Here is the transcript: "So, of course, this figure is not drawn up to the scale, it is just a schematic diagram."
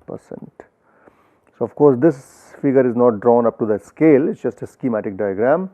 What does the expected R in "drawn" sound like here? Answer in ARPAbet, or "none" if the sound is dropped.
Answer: R